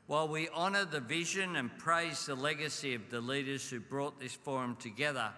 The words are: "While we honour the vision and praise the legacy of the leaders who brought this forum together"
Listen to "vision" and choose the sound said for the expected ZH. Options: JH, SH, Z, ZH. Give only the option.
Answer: ZH